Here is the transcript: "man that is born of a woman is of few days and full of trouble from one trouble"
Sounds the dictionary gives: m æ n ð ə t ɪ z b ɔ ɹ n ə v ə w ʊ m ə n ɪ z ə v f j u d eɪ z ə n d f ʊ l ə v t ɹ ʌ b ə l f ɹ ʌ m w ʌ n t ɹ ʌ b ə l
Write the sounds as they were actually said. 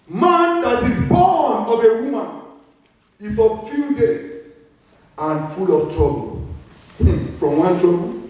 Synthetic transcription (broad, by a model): m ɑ n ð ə t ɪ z b ɔ n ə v ə w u m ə n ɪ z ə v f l d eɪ s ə n f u l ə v t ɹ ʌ b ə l f ɹ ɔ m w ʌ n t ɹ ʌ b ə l